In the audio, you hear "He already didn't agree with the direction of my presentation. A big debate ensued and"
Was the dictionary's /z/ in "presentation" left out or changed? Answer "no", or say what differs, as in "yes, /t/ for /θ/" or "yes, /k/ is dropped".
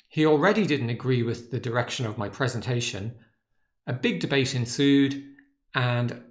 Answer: no